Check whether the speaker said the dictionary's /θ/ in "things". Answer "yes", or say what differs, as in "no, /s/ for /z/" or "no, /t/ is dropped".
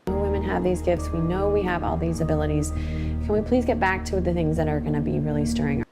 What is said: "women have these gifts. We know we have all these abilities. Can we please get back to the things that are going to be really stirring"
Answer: yes